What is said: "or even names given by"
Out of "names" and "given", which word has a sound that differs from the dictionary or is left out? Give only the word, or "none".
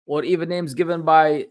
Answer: none